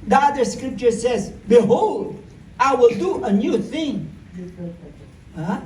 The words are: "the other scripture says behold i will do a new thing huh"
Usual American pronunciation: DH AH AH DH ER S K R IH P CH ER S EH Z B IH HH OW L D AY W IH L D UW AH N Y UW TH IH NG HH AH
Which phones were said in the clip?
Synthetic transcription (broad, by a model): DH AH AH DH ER S K R IH P CH ER S EH Z B IH HH OW L D AY W IH L D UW AH N Y UW TH IH NG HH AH